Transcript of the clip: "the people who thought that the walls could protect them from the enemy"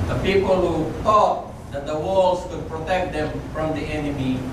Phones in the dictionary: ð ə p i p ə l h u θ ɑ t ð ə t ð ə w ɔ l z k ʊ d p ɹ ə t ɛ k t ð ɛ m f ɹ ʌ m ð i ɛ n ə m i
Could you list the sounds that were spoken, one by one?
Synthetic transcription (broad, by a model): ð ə p i p ə l h u t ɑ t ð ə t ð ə w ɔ l s k ʊ d p ɹ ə t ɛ k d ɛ m f ɹ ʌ m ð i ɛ n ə m i